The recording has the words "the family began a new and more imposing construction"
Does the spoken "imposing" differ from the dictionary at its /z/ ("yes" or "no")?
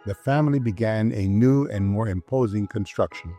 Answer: no